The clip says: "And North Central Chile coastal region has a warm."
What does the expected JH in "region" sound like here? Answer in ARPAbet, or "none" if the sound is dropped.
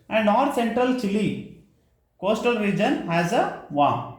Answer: JH